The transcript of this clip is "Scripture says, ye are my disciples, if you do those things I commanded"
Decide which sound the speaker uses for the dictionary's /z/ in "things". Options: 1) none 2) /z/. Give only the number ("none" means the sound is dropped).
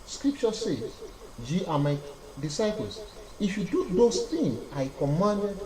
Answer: 1